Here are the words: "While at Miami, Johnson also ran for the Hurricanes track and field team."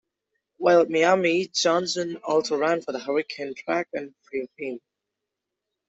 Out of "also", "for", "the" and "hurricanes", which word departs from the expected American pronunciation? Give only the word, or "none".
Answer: hurricanes